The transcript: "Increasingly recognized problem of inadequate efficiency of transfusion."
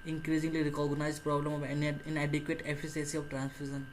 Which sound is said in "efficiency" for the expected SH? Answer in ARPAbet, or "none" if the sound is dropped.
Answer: S